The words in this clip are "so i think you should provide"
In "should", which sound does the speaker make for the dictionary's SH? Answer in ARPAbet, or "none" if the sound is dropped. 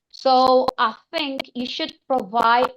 SH